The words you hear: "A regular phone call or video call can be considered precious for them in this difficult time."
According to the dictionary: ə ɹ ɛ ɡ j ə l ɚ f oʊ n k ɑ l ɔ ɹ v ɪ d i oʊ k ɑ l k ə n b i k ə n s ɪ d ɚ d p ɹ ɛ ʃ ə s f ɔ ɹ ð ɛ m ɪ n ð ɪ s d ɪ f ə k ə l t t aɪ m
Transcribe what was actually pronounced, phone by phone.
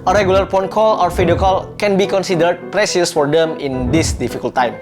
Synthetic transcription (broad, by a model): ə ɹ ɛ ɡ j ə l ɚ p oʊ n k ɑ l ɔ ɹ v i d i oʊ k ɑ l k ə n b i k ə n s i d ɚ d p ɹ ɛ s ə s f ɔ ɹ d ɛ m ɪ n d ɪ s d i f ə k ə l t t aɪ m